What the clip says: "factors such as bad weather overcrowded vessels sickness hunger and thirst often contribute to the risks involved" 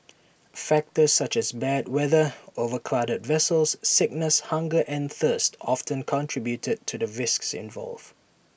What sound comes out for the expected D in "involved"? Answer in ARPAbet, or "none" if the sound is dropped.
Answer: none